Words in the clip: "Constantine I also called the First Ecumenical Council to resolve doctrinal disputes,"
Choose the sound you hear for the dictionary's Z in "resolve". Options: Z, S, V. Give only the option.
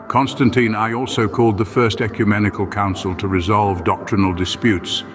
Z